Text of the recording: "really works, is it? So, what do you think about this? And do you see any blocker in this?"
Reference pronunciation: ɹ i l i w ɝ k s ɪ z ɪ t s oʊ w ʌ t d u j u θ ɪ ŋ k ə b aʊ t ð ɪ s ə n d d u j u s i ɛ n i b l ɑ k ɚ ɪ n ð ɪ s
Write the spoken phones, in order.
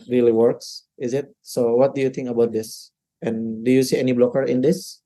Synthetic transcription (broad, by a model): ɹ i l i w ɝ k s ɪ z ɪ t s oʊ w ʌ t d u j u t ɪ ŋ k ə b aʊ t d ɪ s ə n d d u j u s i ɛ n i b l ɑ k ɚ ɪ n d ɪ s